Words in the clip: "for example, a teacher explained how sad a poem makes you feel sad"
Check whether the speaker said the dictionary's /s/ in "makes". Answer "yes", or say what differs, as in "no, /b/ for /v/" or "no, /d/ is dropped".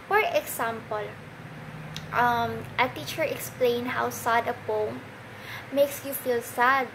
yes